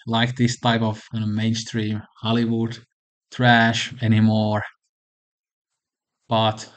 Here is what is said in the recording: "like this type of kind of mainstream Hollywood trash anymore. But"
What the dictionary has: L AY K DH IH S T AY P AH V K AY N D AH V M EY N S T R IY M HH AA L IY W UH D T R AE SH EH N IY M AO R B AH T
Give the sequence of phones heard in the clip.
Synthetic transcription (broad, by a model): L AY K DH IH S T AY P AH V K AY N AH M EY N S T R IY M HH AA L IY W UH D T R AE SH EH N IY M AO R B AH T